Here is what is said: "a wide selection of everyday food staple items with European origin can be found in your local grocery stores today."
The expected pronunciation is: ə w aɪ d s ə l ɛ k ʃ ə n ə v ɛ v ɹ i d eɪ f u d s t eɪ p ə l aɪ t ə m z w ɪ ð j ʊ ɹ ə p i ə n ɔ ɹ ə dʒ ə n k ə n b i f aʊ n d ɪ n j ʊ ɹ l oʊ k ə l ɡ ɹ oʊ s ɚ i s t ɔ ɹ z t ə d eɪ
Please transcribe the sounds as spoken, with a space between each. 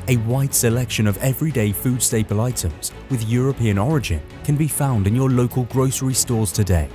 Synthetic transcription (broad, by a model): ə w aɪ d s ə l ɛ k ʃ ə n ə v ɛ v ɹ i d eɪ f u d s t eɪ p ə l aɪ t ə m z w ɪ ð j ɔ ɹ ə p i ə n ɔ ɹ ə dʒ ə n k ə n b i f aʊ n d ɪ n j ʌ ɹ l oʊ k ə l ɡ ɹ oʊ s ɚ i s t ɔ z t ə d eɪ